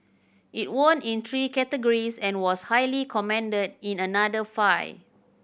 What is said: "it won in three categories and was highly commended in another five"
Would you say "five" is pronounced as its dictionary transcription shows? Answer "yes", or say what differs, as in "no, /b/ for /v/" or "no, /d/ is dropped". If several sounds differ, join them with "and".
no, /v/ is dropped